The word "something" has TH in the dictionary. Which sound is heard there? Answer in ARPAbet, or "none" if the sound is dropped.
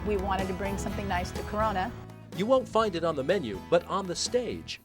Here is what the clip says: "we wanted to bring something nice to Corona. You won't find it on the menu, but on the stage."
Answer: TH